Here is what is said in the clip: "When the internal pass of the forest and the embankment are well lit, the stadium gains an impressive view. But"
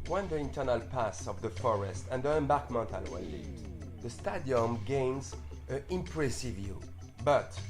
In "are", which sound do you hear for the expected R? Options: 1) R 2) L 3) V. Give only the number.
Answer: 2